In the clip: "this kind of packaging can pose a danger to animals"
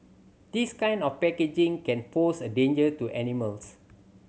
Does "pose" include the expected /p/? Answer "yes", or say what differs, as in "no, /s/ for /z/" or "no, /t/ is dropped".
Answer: no, /f/ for /p/